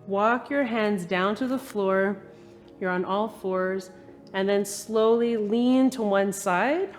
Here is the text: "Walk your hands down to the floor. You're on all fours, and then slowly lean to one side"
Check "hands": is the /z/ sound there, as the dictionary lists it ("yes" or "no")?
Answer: yes